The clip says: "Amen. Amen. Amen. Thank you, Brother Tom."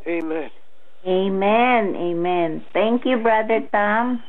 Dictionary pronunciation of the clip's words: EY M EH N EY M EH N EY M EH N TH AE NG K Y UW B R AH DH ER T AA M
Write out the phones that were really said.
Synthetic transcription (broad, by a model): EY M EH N EY M EH N EY M EH N T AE NG K Y UW B R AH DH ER T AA M